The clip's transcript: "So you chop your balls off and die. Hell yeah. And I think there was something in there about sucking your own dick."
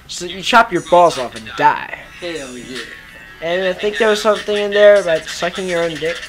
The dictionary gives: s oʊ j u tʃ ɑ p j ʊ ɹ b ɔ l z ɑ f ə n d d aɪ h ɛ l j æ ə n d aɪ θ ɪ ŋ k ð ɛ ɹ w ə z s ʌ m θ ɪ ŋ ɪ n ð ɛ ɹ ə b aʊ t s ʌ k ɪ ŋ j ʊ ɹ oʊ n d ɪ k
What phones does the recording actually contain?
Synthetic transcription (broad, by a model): s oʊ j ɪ tʃ ɑ p j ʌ ɹ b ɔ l z ɑ f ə n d d aɪ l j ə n aɪ θ ɪ ŋ k ð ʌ ɹ w ə z s ʌ m θ ɪ ŋ ɪ n ð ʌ ɹ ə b aʊ t s ʌ k ɪ ŋ j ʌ ɹ oʊ n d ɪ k